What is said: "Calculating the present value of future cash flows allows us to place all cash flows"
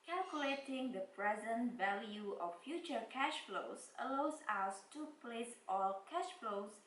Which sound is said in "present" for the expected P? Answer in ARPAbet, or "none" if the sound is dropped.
P